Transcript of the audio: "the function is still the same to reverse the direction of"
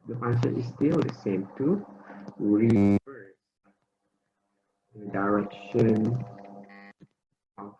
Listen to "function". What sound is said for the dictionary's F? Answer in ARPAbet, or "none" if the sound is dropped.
P